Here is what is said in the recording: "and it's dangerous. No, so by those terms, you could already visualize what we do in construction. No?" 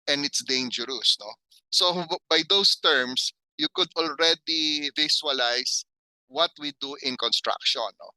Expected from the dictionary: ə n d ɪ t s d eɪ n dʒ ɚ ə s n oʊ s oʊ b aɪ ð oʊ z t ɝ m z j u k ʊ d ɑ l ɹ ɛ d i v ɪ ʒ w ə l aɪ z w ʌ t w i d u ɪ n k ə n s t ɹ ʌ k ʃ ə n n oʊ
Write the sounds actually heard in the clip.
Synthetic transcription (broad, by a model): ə n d ɪ t s d eɪ n dʒ ɚ ə s n oʊ s oʊ b aɪ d oʊ s t ɝ m s j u k ʊ d ɑ l ɹ ɛ d i v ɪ s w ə l aɪ s w ʌ t w i d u ɪ n k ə n s t ɹ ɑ k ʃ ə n n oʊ